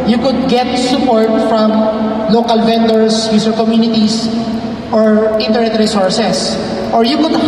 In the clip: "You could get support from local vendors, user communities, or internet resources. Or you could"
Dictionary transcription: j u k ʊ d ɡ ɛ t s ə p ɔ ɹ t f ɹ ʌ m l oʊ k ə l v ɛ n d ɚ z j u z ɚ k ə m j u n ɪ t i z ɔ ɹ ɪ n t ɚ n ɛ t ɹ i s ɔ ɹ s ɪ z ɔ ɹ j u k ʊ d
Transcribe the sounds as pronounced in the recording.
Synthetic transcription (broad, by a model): j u k ʊ d ɡ ɛ t s ə p ɔ ɹ t f ɹ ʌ m l oʊ k ə l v ɛ n d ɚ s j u s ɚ k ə m j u n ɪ t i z ɔ ɹ ɪ n t ɚ n ɛ t ɹ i s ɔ ɹ s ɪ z ɔ ɹ j u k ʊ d